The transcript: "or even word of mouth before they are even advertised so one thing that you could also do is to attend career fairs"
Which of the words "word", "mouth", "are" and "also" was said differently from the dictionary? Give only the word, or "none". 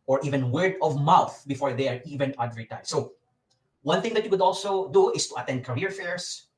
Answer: none